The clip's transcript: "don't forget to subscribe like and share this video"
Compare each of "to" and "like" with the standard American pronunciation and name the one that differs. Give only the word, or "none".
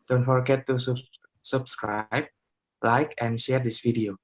to